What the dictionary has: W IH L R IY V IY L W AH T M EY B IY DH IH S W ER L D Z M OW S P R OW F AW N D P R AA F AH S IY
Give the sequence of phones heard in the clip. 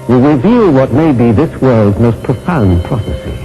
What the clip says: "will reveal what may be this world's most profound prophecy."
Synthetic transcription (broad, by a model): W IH R IY V IY L W AH T M EY B IY DH IH S W ER L D Z M OW S P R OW F AW N P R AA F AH S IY